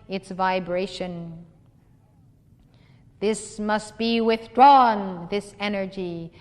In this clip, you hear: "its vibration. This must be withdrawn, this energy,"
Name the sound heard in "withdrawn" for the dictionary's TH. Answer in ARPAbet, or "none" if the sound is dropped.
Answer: TH